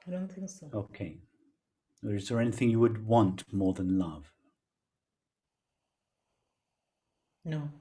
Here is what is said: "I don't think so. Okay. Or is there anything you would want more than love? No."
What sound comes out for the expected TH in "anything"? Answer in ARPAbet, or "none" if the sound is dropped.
TH